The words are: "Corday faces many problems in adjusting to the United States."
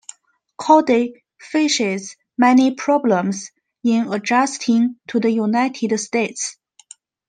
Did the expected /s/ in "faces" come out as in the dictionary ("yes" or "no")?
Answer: no